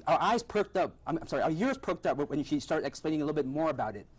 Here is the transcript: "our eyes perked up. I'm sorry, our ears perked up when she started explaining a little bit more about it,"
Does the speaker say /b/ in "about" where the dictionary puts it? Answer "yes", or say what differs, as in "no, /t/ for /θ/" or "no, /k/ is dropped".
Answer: yes